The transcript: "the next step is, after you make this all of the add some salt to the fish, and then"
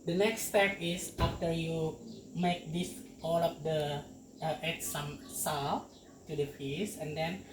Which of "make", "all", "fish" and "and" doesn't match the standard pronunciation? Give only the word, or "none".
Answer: fish